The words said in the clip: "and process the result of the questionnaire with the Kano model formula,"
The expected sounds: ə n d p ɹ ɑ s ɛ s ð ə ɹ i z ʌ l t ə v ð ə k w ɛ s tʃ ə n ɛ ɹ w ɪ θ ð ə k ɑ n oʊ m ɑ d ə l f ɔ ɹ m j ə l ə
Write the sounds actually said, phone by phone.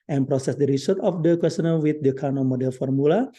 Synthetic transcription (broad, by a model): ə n p ɹ ɑ s ɛ s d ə ɹ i s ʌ t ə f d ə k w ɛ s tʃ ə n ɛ l w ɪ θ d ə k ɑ n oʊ m ɑ d ə l f ɔ ɹ m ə l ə